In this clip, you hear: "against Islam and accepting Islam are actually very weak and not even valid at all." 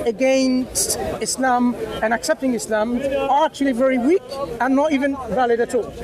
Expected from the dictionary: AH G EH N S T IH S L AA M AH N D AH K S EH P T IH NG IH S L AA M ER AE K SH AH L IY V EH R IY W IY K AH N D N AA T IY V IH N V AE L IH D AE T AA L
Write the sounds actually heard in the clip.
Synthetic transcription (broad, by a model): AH G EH N S T IH S L AA M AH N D AH K S EH P T IH NG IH S L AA M ER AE K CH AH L IY V EH R IY W IY K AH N N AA T IY V IH N V AE L IH D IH T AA L